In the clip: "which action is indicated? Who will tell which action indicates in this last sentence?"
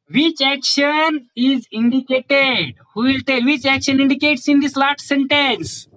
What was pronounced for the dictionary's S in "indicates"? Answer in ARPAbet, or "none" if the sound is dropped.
S